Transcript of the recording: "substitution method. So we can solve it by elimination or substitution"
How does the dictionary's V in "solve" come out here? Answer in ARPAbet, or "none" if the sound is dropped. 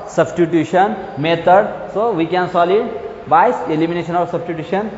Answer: none